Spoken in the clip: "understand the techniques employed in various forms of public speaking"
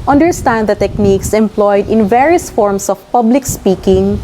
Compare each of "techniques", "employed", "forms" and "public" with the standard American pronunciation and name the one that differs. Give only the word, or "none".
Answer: forms